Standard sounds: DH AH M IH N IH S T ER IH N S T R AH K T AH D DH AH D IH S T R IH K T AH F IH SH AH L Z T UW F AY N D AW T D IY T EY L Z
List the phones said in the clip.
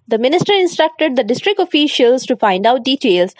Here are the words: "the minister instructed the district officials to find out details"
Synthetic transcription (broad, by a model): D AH M IH N IH S T ER IH N S T R AH K T AH D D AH D IH S T R IH K T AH F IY SH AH L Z T UW F AY N D AW T D IY T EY L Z